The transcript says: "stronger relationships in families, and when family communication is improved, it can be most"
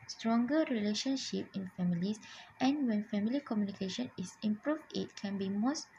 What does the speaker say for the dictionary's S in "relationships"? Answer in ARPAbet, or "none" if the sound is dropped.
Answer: none